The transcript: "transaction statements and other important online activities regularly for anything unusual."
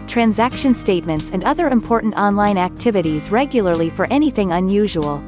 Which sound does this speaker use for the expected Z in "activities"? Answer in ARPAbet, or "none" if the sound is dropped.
Z